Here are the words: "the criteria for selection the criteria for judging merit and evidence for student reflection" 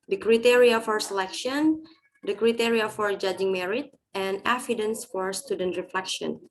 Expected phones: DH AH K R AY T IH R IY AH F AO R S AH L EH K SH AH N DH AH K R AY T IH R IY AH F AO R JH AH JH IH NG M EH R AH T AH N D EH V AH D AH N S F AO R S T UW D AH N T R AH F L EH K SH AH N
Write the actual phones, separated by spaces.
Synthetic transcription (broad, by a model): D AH K R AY T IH R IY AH F AO R S AH L EH K SH AH N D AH K R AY T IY R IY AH F AO R JH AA JH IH NG M EH R AH T AH N D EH F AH D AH N S F AO R S T UW D AH N T R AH F L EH K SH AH N